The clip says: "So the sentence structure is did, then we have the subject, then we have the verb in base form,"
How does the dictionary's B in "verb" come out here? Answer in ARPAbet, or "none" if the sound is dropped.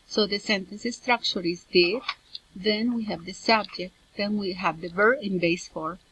none